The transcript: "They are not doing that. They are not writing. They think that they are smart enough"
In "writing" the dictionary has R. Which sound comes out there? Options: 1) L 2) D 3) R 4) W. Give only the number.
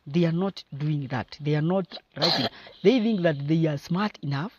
3